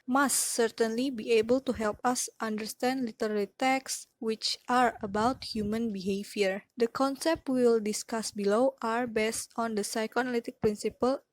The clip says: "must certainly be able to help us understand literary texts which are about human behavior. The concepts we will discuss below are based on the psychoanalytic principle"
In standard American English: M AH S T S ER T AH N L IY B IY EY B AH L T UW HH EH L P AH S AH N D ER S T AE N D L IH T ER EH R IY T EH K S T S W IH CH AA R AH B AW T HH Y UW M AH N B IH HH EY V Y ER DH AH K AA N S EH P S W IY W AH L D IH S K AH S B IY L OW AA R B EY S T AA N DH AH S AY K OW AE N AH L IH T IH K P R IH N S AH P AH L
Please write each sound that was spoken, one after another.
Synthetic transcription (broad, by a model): M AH S T S ER T AH N L IY B IY EY B AH L T UW HH EH L P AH S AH N D ER S T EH N D L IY T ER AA L IY T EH K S S W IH CH AA R AH B AW T HH Y UW M AH N B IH HH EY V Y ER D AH K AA N S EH P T W IY L D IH S K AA S B IY L OW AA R B EY S T AA N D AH S AY K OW N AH L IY T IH K P R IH N S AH P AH L